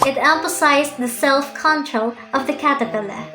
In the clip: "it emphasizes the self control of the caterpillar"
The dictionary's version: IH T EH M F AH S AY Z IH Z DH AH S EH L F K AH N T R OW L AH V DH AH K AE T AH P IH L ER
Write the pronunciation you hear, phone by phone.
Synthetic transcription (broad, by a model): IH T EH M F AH S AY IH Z DH AH S EH L F K AH N T R OW L AH V DH AH K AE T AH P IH L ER